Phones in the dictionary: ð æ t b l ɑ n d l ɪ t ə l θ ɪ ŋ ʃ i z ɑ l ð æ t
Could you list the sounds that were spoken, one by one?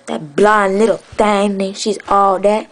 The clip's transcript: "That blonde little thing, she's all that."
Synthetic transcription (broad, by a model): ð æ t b l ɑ n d l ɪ t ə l t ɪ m ʃ i z ɑ l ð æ t